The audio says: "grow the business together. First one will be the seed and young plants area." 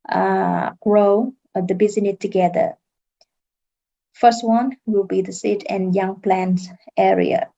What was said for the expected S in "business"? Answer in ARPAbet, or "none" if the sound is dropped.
none